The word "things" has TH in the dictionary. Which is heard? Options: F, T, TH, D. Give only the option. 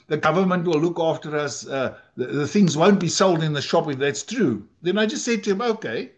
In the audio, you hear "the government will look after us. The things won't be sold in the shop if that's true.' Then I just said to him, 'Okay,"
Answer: TH